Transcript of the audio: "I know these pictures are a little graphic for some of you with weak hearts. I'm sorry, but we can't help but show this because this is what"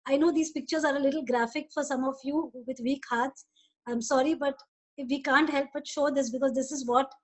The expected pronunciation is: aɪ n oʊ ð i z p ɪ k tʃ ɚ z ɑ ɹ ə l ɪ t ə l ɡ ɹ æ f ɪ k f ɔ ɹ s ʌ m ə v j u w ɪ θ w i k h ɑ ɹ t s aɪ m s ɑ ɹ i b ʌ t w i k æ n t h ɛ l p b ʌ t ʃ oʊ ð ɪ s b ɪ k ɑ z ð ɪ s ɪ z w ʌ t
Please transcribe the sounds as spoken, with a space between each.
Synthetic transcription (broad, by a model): aɪ n oʊ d i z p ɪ k tʃ ɚ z ɑ ɹ ə l ɪ t ə l ɡ ɹ æ f ɪ k f ɔ ɹ s ʌ m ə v j u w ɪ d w i k h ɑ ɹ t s aɪ m s ɑ ɹ i b ʌ t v i k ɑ n t h ɛ l p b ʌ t ʃ oʊ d ɪ s b ɪ k ɑ z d ɪ s ɪ z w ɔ t